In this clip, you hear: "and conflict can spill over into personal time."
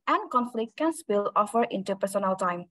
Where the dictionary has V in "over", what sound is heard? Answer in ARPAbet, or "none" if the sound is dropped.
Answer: F